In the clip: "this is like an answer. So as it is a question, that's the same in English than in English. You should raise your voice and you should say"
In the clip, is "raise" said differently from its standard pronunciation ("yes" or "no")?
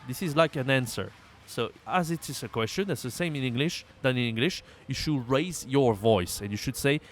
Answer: no